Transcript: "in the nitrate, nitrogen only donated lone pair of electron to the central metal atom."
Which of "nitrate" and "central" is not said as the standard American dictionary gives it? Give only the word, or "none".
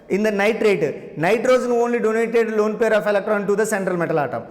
none